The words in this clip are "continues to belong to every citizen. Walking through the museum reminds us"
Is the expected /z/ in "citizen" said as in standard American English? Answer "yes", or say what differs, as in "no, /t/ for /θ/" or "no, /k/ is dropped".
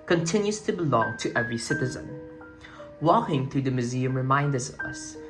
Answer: yes